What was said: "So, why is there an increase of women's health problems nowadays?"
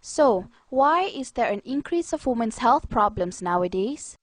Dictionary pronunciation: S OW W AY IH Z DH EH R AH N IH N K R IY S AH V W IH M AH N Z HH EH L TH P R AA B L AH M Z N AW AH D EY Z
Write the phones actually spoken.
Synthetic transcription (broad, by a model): S OW W AY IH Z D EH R AH N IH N K R IY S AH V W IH M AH N S HH EH L TH P R AA B L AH M S N AW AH D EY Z